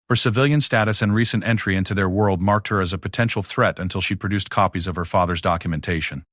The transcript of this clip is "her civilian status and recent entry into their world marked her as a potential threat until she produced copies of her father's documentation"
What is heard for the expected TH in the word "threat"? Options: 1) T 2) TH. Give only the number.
2